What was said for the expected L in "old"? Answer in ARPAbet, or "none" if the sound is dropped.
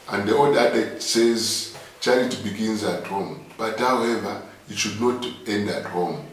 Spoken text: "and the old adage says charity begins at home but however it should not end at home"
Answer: none